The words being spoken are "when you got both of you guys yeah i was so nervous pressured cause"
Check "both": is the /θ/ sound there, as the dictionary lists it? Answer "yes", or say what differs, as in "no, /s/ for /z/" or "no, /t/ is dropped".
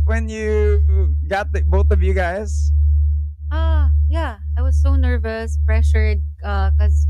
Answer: yes